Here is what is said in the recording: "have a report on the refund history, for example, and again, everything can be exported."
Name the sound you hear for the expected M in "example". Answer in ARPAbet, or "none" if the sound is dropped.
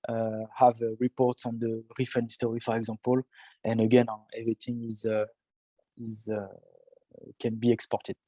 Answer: none